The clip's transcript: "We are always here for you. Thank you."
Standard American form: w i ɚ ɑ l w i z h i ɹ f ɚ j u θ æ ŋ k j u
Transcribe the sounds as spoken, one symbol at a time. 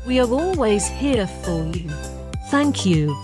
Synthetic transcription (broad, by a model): w i ɚ ɑ l w i z h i f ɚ j u θ æ ŋ k j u